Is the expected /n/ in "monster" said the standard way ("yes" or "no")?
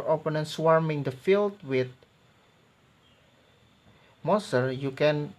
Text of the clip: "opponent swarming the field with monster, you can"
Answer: no